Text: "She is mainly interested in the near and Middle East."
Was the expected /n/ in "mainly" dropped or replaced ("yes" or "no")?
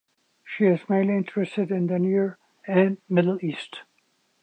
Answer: yes